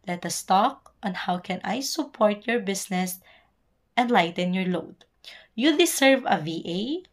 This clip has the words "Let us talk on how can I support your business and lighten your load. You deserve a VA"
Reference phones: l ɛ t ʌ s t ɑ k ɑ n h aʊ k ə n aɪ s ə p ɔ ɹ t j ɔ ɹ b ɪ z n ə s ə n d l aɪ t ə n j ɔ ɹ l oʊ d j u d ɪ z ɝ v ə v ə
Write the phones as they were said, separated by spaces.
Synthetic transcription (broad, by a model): l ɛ t ʌ s t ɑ k ɑ n h aʊ k ə n aɪ s ə p ɔ ɹ t j ɔ ɹ b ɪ s n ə s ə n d l aɪ t ə n j ɔ ɹ l oʊ d j u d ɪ s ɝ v ə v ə